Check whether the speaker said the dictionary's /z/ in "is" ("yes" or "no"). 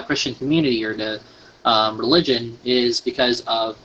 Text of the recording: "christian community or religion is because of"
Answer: yes